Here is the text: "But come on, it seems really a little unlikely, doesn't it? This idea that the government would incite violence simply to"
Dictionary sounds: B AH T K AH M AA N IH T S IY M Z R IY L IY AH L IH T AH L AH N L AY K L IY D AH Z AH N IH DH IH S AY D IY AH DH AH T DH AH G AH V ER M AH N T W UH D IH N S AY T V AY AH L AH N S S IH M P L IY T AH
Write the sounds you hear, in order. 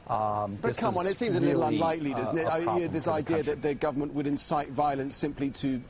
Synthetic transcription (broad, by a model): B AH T K AH M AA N IH T S IY M Z AH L IH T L AH N L AY K L IY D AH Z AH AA IH DH IH S AY D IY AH DH AH T DH AH G AH V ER M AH N T W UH D IH N S AY T V AY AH L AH N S S IH M P L IY T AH